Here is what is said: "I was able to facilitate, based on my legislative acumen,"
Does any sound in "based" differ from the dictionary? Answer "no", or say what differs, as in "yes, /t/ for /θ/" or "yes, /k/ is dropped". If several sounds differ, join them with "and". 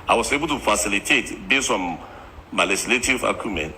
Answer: yes, /t/ is dropped